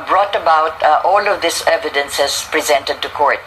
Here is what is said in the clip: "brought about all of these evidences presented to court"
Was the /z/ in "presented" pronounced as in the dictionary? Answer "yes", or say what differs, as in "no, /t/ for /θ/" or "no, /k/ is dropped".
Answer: yes